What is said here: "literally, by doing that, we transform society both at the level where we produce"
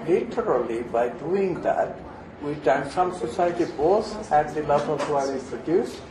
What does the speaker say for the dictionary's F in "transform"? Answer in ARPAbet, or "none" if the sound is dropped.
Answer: none